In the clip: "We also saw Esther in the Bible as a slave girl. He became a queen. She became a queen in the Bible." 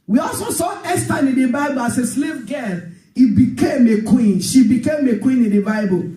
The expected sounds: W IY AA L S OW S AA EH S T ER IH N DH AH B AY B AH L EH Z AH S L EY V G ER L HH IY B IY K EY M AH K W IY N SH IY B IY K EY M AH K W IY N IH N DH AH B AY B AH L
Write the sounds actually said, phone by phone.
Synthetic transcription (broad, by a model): W IY AA L S OW S AA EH S T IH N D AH B AY B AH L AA S AH S L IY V G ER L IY B IY K EY M AH K W IY N SH IY B IY K EY M AH K W IY N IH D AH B AY B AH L